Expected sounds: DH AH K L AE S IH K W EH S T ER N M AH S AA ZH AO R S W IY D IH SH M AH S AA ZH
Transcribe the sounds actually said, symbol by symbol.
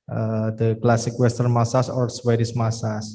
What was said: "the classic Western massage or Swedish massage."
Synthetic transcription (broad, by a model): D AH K L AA S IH K W EH S T ER N M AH S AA S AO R S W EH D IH S M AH S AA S